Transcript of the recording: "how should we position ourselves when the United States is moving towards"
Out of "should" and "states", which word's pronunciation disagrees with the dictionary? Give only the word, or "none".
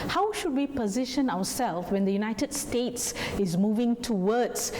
none